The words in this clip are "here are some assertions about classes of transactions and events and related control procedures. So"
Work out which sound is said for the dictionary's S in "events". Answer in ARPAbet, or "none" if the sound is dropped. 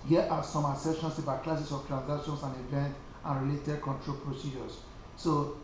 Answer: none